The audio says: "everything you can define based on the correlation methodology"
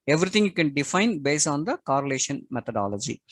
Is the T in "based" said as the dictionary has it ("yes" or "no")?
no